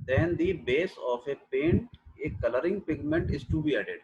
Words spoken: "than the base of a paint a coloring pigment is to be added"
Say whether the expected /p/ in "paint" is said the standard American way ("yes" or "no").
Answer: yes